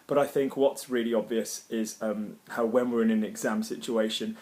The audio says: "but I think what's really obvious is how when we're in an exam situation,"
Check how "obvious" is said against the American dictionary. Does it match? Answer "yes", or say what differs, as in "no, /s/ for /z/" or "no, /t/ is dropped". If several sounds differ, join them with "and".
yes